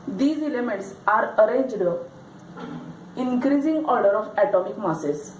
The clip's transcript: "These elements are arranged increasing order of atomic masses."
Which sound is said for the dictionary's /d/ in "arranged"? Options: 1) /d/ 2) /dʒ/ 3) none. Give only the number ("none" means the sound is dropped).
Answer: 1